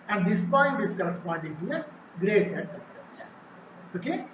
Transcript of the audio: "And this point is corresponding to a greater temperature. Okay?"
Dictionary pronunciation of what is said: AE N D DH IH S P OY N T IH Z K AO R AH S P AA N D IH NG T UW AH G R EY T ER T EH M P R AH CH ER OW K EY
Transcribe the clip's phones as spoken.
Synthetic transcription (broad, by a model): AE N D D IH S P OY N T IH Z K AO R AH S P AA N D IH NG T UW AH G R EY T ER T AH P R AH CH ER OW K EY